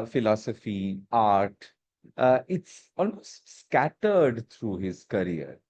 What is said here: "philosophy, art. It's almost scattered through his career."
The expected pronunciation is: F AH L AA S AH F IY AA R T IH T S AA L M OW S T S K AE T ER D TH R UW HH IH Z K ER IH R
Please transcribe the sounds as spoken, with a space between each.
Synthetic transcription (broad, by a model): F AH L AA S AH F IY AA R T IH T S AA L M OW S T S K AE T ER D T R UW HH IH Z K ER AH R